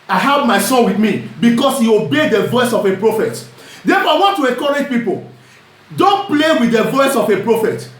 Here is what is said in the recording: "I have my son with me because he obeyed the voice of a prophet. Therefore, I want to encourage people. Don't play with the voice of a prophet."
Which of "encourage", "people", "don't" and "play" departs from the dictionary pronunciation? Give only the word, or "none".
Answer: encourage